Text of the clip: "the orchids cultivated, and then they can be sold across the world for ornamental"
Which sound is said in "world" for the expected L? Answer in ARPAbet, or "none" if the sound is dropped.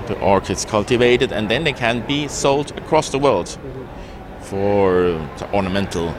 L